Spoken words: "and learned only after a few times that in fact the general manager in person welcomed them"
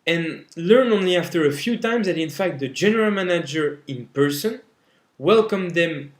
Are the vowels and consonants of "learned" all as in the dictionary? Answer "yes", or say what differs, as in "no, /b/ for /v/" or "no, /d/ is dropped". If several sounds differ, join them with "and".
no, /d/ is dropped